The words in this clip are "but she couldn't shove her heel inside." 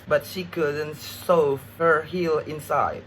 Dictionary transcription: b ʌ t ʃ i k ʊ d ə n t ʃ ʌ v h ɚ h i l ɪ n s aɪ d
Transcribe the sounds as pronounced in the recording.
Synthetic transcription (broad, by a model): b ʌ t ʃ i k ʊ d ə n t s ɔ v h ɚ h i l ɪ n s aɪ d